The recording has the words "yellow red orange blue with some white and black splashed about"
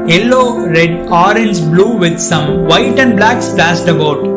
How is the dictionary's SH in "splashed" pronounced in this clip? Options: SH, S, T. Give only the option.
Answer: S